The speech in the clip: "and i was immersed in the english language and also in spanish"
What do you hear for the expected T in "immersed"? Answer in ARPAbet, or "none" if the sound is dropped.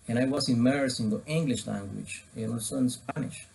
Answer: none